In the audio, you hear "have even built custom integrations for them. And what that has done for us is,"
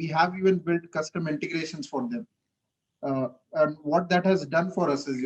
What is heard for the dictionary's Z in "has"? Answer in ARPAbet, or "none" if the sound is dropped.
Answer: Z